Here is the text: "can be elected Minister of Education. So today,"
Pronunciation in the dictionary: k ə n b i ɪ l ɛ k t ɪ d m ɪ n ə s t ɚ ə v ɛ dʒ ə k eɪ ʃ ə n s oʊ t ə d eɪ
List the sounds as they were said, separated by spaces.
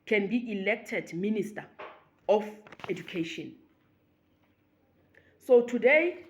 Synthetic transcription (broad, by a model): k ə n b i ɪ l ɛ k t ɪ d m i n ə s t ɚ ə f ɛ dʒ ə k eɪ ʃ ə n s oʊ t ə d eɪ